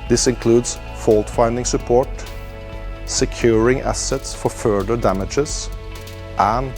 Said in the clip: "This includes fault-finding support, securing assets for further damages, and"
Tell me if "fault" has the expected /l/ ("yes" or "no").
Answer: yes